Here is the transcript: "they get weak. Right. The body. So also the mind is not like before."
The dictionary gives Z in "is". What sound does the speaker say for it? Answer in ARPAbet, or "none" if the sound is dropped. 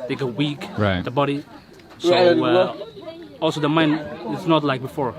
S